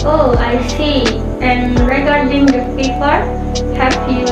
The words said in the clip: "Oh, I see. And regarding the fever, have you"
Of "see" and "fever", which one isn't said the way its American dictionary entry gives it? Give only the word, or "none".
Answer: fever